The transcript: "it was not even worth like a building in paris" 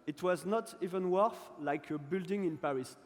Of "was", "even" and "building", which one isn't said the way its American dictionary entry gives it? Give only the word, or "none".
none